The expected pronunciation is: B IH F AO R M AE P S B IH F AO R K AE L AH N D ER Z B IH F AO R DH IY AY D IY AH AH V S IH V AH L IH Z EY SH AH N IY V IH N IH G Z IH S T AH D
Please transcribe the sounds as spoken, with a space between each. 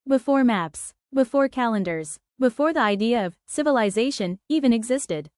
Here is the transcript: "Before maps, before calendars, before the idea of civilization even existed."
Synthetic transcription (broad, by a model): B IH F AO R M AE P S B IH F AO R K AE L AH N D ER Z B IH F AO R DH IY AY D IY AH AH V S IH V AH L IH Z EY SH AH N IY V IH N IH G Z IH S T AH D